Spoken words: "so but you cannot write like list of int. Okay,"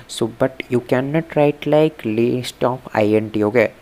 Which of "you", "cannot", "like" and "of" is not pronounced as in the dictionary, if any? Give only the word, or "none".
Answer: of